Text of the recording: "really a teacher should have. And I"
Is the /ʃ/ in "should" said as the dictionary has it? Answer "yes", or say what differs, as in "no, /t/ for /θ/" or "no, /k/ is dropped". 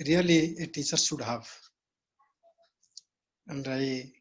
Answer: no, /s/ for /ʃ/